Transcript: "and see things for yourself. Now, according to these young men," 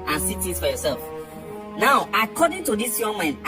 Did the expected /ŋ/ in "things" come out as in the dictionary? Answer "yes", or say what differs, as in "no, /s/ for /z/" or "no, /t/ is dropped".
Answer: no, /ŋ/ is dropped